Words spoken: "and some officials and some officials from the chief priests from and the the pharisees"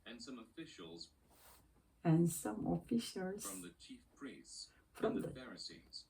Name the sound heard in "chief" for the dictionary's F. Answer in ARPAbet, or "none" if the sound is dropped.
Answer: F